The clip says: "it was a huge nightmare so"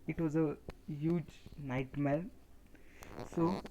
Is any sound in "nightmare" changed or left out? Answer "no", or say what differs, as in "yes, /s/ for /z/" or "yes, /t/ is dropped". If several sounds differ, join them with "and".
yes, /l/ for /ɹ/